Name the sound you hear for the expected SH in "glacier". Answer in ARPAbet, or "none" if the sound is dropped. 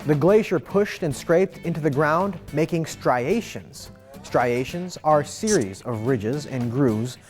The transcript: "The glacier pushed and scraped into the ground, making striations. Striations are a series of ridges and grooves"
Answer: SH